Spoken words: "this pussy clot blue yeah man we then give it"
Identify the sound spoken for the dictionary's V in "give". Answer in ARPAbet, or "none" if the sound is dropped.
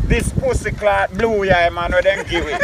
W